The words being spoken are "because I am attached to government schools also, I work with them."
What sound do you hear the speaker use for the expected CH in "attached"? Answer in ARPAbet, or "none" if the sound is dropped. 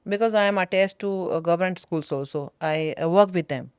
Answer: S